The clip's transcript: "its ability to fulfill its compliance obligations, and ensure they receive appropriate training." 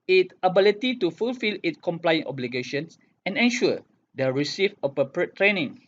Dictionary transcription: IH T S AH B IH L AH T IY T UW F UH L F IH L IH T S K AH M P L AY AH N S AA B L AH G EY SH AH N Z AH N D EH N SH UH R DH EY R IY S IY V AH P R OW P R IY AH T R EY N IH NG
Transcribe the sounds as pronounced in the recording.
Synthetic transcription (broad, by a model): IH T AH B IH L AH T IY T UW F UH L F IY L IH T K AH M P L AY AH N AA B L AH G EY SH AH N S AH N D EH N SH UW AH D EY R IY S IY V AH P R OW P R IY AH T R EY N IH NG